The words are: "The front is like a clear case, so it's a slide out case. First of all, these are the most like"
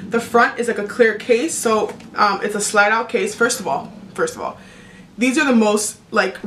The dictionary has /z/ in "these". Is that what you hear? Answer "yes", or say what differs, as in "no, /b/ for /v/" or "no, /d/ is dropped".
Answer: yes